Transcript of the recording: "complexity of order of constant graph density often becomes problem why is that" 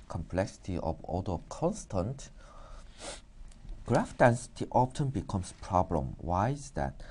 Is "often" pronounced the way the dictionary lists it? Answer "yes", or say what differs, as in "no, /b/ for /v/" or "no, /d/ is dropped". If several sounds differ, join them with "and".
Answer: no, /p/ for /f/